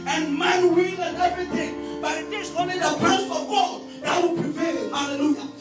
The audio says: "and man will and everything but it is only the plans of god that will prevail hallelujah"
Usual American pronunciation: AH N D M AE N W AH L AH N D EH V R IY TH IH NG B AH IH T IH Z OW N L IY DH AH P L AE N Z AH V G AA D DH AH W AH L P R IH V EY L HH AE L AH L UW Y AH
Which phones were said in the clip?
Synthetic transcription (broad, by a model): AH N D M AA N W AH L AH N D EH V R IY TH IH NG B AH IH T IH S OW N L IY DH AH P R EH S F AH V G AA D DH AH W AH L P R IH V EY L HH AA L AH L UW Y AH